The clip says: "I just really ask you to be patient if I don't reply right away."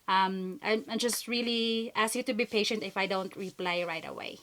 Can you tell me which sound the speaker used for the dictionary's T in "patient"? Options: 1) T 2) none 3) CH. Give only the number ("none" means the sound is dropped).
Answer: 1